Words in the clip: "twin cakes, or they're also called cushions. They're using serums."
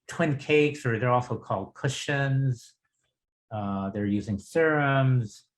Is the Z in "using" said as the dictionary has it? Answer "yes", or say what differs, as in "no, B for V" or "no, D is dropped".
yes